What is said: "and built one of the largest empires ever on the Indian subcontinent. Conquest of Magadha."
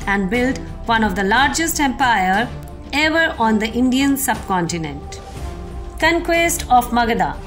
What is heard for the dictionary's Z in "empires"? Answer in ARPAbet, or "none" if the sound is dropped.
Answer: none